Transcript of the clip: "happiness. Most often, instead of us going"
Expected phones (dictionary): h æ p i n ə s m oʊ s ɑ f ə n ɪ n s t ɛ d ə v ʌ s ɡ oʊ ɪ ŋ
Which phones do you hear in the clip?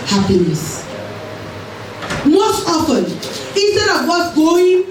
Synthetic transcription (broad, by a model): h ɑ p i n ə s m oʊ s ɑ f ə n ɪ n s t ɛ d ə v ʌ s ɡ oʊ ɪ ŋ